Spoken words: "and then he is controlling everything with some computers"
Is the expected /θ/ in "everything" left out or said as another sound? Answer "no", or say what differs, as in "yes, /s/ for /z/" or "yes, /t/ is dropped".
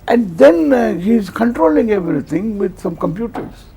yes, /t/ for /θ/